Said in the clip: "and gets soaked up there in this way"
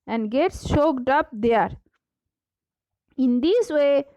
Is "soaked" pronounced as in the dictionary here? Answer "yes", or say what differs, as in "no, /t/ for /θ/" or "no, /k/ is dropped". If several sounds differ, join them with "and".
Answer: no, /ʃ/ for /s/